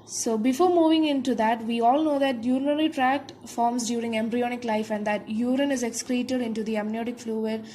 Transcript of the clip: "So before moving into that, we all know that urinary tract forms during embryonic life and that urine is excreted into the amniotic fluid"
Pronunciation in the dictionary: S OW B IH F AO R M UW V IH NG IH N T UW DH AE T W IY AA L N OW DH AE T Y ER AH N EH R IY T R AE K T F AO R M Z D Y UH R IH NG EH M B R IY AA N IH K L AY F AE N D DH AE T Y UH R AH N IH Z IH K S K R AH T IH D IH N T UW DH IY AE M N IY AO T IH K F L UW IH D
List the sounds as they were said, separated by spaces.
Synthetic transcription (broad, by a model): S OW B IH F AO R M UW V IH NG IH N T UW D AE T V IY AA L N OW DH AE T Y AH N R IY T R AE K T F AO R M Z D Y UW R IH NG EH M B R IY AA N IH K L AY F AE N D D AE T Y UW R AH N IH Z IH K S K R AH T IH D IH N T UW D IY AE M N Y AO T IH K F L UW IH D